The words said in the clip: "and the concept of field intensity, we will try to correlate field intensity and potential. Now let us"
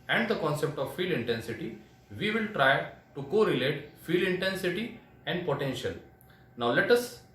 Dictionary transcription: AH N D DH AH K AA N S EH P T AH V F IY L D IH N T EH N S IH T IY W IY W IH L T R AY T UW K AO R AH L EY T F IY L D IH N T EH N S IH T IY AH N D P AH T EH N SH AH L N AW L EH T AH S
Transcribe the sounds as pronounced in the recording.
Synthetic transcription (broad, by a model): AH N D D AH K AA N S EH P T AH V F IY L IH N T EH N S IH T IY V IY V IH L T R AY T UW K AO R AH L EY T F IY L IH N T EH N S IH T IY AH N D P AH T EH N SH AH L N AW L EH T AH S